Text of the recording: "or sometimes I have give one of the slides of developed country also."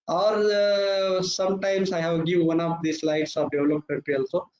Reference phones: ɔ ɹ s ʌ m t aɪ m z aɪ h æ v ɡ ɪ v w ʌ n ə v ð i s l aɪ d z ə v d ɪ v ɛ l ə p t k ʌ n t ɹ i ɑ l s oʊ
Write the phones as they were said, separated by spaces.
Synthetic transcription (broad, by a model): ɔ ɹ s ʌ m t aɪ m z aɪ h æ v ɡ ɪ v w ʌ n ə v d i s l aɪ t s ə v d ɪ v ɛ l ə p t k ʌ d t i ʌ l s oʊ